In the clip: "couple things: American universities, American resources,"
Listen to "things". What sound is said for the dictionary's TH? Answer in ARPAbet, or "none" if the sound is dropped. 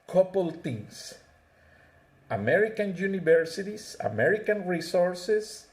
T